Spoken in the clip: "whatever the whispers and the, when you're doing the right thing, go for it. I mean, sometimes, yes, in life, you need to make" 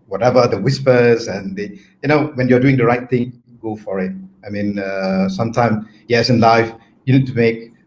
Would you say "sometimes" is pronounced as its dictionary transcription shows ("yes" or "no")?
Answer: no